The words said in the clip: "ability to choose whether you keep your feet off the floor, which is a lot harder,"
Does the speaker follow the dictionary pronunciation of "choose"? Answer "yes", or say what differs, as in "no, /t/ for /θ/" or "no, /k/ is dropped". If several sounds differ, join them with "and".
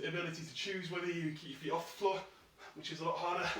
yes